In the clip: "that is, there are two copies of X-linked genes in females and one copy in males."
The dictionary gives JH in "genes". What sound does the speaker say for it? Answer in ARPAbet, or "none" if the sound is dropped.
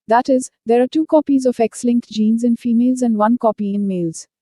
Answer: JH